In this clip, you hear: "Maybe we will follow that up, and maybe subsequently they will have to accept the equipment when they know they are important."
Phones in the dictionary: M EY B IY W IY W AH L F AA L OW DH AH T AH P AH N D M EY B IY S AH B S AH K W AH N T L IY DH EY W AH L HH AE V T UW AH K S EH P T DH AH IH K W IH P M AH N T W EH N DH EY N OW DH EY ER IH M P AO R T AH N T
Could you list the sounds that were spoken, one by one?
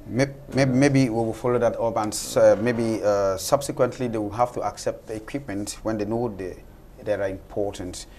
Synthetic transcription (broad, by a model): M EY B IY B IY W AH W F AA L OW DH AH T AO B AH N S M EY B IY S AH B S AH K W AH N T L IY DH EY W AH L HH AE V T UW AH K S EH P T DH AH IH K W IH P M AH N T W EH N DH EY N OW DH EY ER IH M P AO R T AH N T